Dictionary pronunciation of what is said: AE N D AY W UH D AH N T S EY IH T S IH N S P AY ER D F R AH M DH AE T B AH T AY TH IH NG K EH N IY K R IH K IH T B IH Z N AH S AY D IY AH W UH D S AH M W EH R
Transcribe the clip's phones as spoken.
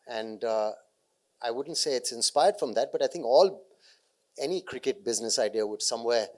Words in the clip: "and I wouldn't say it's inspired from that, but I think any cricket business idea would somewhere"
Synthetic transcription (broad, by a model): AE N D AY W UH D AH N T S EY IH T S IH N S P AY ER D F R AH M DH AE T B AH T AY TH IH NG K EH N IY K R IH K IH T B IH Z N AH S AY D IY AH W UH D S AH M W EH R